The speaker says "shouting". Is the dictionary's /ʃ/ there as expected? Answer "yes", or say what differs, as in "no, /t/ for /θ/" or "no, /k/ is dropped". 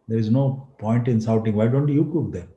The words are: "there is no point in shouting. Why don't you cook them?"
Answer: no, /s/ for /ʃ/